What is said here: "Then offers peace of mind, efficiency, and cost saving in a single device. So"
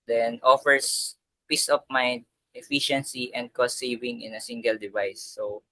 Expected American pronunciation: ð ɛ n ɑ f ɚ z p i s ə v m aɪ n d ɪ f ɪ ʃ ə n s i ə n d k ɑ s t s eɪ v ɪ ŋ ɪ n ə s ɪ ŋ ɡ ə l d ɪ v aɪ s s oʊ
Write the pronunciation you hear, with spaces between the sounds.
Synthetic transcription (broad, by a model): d ɛ n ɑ f ɚ s p i s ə p m aɪ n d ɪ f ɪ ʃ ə n s i ə n d k ɑ s t s eɪ v ɪ ŋ ɪ n ə s ɪ ŋ ɡ ə l d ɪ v aɪ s s oʊ